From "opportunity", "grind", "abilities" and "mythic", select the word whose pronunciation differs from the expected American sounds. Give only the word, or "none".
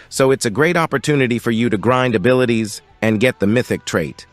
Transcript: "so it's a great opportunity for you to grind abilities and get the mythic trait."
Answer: none